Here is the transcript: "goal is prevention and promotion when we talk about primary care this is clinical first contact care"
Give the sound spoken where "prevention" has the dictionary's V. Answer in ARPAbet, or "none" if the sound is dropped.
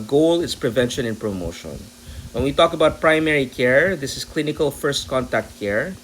V